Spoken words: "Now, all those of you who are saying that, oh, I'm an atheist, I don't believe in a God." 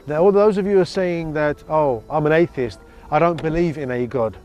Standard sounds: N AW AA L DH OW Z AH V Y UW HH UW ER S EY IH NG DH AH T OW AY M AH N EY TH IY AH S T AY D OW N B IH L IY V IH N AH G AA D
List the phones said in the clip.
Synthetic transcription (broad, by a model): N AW AA L DH OW Z AH V Y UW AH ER S EY IH NG DH AH T OW AY M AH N EY TH IY AH S T AY D OW N B IH L IY V IH N AH G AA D